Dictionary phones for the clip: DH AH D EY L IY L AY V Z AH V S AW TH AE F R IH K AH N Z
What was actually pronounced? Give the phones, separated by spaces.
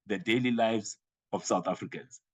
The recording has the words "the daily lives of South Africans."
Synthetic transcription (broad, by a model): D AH D EY L IY L AY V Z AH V S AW T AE F R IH K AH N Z